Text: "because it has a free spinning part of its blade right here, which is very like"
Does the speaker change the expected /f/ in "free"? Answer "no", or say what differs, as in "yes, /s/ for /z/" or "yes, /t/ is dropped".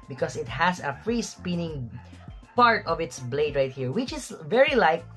no